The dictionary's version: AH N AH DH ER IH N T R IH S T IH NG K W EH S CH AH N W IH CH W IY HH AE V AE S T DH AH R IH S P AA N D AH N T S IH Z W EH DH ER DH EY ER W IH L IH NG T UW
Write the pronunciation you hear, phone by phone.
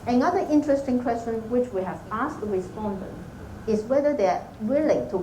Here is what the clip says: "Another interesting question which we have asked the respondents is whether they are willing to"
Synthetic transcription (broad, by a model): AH N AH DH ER IH N T R IH S T IH NG K W EH S CH AH N W IH CH W IY HH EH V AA S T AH R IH S P AA N D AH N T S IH S W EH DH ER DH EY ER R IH L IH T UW